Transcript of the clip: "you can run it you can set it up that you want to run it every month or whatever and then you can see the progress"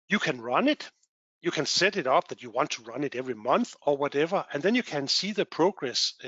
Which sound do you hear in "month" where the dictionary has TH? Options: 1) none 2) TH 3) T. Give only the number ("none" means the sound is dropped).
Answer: 2